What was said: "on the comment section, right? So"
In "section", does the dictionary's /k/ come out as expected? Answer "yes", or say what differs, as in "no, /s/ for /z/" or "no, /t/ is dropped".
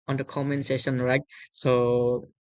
no, /k/ is dropped